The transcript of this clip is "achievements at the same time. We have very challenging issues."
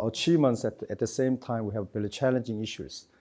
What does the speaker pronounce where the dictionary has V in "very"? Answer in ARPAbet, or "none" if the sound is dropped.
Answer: B